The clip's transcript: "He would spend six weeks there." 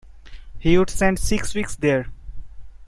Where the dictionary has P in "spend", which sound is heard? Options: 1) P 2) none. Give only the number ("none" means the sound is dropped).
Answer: 2